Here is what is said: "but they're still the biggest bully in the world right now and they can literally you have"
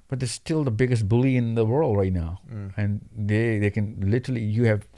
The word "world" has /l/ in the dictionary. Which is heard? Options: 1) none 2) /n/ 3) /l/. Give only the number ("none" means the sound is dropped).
3